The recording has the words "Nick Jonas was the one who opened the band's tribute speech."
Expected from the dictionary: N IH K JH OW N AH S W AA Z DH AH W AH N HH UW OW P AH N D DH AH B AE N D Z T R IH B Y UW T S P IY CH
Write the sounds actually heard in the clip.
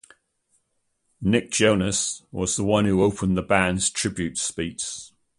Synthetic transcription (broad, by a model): N IH K JH OW N AH S W AA Z DH AH W AH N HH UW OW P AH N DH AH B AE N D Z T R IH B Y UW T S P IY S